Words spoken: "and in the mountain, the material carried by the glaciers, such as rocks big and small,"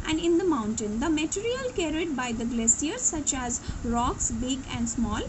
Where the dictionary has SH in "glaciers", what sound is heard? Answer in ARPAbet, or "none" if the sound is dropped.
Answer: S